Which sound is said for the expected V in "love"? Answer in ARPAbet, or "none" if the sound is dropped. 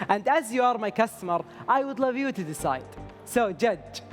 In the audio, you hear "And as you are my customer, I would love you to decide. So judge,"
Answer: V